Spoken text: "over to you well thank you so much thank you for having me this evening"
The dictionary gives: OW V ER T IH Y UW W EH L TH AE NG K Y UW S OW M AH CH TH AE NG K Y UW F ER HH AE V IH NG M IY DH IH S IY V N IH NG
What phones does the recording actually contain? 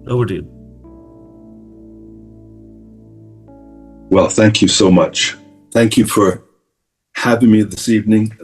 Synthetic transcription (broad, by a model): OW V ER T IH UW W EH L TH AE NG K Y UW S OW M AH CH TH AE NG K Y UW F ER HH AE V IH NG M IY DH IH S IY V N IH NG